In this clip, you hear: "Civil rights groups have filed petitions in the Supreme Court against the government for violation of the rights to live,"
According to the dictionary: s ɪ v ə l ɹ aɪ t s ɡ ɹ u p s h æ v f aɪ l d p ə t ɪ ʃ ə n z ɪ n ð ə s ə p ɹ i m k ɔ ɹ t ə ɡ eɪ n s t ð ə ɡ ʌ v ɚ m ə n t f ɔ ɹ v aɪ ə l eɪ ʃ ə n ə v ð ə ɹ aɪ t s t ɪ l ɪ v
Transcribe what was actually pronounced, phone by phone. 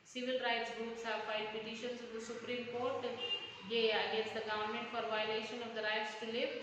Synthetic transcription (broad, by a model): s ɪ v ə l ɹ aɪ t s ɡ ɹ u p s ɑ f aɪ d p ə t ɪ ʃ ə n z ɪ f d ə s ə p ɹ i m k ɔ ɹ t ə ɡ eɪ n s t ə ɡ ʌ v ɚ m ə n t f ɔ ɹ v aɪ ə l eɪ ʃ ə n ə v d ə ɹ aɪ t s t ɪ l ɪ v